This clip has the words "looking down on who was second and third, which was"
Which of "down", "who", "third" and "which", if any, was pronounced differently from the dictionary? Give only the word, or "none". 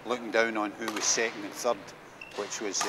none